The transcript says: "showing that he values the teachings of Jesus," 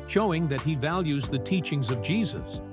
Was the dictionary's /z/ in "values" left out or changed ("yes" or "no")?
no